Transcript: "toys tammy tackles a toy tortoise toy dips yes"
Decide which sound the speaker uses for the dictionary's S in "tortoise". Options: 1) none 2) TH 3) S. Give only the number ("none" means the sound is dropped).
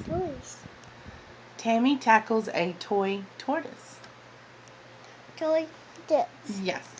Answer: 3